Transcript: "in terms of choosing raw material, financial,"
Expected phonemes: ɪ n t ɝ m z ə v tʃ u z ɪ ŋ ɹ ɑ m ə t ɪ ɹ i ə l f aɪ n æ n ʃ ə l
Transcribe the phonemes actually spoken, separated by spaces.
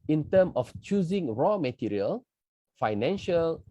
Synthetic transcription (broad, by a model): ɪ n t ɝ m ə f tʃ u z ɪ ŋ ɹ ɑ m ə t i ɹ i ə l f aɪ n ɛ n ʃ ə l